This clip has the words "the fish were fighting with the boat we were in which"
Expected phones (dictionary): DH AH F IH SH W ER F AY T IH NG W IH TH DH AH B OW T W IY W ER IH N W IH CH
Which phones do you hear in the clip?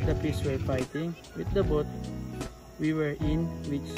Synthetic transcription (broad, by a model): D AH P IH S W ER F AY T IH NG W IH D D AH B OW T W IY W ER IH N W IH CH